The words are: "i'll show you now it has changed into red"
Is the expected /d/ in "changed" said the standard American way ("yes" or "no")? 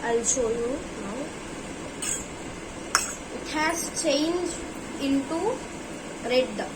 no